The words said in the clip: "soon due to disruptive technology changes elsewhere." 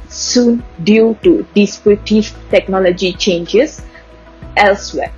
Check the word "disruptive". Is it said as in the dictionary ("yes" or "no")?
no